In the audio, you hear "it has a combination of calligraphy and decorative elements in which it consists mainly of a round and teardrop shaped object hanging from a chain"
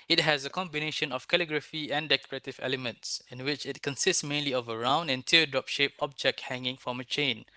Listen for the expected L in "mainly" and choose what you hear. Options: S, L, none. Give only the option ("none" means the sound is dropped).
L